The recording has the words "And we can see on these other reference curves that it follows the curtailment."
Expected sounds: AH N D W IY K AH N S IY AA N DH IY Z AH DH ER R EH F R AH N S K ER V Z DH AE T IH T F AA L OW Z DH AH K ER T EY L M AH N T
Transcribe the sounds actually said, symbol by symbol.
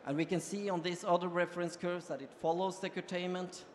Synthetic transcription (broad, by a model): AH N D W IY K AH N S IY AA N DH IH S AH DH ER R EH F R AH N S K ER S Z DH AE T IH T F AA L OW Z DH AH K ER T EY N M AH N T